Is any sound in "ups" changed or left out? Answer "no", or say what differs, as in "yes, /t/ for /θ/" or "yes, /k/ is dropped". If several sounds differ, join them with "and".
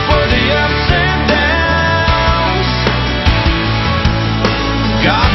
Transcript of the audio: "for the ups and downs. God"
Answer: yes, /p/ is dropped